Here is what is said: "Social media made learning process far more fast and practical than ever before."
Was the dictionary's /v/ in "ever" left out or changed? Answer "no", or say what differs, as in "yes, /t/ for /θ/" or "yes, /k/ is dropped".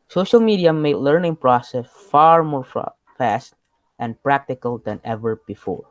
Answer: no